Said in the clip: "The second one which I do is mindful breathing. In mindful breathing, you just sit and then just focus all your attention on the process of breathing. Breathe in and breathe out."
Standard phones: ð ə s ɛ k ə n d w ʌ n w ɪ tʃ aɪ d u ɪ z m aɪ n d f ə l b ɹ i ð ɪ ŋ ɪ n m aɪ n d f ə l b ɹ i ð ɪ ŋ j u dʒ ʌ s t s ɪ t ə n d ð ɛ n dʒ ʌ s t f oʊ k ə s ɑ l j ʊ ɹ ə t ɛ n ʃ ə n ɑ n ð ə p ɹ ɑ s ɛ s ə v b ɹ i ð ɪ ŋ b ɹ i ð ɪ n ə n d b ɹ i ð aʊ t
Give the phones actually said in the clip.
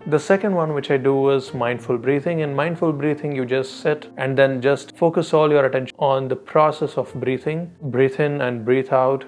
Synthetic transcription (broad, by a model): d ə s ɛ k ə n d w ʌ n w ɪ tʃ aɪ d u ɪ z m aɪ n d f ə l b ɹ i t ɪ ŋ ɪ n m aɪ n d f ə l b ɹ i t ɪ ŋ j u dʒ ʌ s t s ɪ t ə n d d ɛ n dʒ ʌ s t f oʊ k ə s ɑ l j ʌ ɹ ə t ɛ n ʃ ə ɑ n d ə p ɹ ɑ s ɛ s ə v b ɹ i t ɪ ŋ b ɹ i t ɪ n ə n d b ɹ i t aʊ t